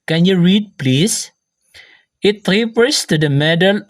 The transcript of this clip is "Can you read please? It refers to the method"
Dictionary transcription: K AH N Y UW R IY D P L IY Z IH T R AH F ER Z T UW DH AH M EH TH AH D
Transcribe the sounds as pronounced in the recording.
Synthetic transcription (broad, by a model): K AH N Y UW R IY D P L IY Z IH T R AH P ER S T UW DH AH M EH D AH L